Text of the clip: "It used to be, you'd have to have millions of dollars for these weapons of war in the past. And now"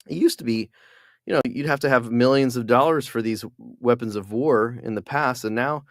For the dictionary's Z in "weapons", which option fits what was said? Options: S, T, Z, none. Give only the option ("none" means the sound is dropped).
Z